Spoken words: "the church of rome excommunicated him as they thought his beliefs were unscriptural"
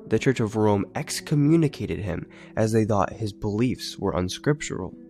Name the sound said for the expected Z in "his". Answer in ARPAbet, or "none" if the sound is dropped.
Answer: Z